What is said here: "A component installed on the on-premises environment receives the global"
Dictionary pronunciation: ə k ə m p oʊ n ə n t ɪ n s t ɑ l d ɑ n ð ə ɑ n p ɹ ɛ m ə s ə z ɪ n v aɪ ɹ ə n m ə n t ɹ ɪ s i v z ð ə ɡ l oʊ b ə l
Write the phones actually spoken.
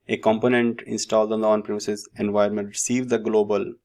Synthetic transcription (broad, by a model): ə k ə m p oʊ n ə n t ɪ n s t ɑ l d ɑ n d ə ɑ n p ɹ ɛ m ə s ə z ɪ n v aɪ ə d m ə n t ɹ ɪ s i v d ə ɡ l oʊ b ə l